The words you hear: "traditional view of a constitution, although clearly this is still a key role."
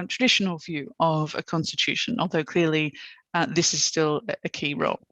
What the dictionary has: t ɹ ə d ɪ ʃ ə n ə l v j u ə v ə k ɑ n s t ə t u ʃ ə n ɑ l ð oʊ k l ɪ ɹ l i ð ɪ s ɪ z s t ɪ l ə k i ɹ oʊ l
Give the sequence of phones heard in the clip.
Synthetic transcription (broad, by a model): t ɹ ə d ɪ ʃ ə n ə l v j u ə v ə k ɑ n s t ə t u ʃ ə n ɑ l ð oʊ k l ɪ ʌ l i ð ɪ s ɪ z s t ɪ l ə k i ɹ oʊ l